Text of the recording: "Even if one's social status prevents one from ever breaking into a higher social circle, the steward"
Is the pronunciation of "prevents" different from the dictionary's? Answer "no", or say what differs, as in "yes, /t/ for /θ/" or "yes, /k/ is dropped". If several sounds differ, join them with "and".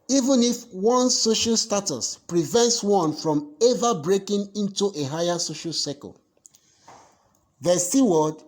no